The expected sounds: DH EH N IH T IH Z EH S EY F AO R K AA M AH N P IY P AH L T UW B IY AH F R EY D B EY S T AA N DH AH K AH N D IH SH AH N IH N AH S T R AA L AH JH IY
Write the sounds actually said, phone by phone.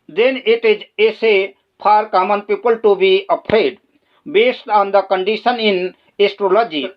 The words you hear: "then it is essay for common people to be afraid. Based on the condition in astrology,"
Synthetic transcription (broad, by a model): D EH N IH T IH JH EH S EY P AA R K AA M AH N P IY P AH L T UW B IY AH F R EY D B EY S T AA N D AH K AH N D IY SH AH N IH N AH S T R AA L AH JH IY